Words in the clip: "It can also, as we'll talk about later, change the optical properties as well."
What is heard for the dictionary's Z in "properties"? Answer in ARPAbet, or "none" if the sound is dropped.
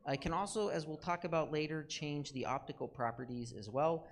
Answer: Z